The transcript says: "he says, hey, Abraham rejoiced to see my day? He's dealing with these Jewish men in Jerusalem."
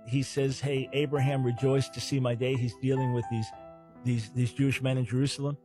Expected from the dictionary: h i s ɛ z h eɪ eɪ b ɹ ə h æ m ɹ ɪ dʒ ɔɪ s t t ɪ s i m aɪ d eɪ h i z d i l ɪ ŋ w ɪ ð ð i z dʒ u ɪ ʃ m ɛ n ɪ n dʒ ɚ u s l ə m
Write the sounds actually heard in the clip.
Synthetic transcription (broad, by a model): h i s ɛ z h eɪ eɪ b ɹ ə h æ m ɹ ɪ dʒ ɔɪ s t t ɪ s i m aɪ d eɪ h i z d i l ɪ ŋ w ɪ ð ð i z dʒ u ɪ ʃ m ɛ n ɪ n dʒ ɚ u s l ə m